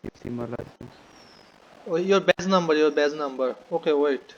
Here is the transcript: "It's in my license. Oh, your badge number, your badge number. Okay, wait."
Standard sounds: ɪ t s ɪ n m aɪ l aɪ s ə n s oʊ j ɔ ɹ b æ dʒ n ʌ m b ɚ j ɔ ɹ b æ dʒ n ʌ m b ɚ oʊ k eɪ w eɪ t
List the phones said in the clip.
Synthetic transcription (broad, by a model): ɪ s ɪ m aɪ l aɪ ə s oʊ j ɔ ɹ b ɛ z n ʌ m b ɚ j ɔ ɹ b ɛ z n ʌ m b ɚ oʊ k eɪ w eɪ t